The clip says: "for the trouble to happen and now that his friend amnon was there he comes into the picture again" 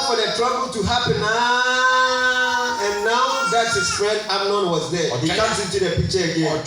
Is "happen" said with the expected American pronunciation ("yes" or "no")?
yes